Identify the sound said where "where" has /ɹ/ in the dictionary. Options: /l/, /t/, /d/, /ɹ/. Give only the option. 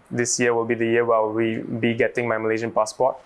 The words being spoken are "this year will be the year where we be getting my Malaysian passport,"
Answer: /l/